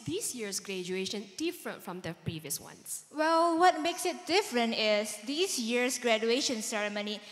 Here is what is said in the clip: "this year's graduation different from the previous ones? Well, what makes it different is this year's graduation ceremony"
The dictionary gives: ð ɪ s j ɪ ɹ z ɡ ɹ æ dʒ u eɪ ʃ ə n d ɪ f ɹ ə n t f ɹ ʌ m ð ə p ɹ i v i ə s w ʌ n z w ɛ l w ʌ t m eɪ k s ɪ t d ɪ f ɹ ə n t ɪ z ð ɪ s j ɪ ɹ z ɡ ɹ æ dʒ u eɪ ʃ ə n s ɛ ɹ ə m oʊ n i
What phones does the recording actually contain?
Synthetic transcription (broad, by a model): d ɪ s j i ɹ s ɡ ɹ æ dʒ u eɪ ʃ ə n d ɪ f ɹ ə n t f ɹ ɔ m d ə p ɹ i v i ə s w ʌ n s w ɛ l w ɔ t m eɪ k s ɪ t d ɪ f ɹ ə n t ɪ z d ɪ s j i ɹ s ɡ ɹ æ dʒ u eɪ ʃ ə n s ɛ ɹ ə m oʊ n i